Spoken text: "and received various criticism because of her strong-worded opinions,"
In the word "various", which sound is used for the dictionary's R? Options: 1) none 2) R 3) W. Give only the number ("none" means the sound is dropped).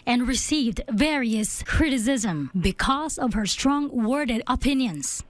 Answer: 2